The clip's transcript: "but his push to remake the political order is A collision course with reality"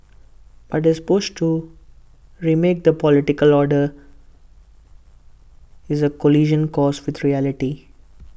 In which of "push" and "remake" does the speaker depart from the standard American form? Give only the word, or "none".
push